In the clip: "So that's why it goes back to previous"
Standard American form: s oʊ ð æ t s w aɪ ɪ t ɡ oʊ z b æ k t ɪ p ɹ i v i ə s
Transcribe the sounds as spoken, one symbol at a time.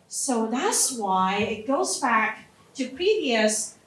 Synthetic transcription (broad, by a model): s oʊ ð æ t s w aɪ ɪ t ɡ oʊ z b æ k t ɪ p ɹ i v i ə s